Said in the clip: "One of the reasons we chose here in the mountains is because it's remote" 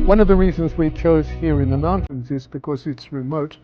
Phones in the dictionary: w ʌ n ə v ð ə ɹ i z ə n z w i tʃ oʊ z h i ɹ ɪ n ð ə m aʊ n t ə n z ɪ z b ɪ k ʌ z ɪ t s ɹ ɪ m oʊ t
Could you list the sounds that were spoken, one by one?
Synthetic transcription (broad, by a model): w ʌ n ə v ð ə ɹ i z ə n z w i tʃ oʊ z h i ɹ ɪ n ð ə m aʊ n t ə n z ɪ z b ɪ k ʌ z ɪ t s ɹ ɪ m oʊ t